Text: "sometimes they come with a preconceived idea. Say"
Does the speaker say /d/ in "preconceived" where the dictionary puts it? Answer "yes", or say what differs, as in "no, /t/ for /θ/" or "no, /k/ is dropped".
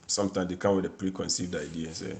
yes